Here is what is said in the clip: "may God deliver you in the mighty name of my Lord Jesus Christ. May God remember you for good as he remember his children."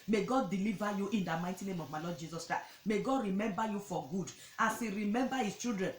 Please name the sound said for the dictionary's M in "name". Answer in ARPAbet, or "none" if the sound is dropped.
M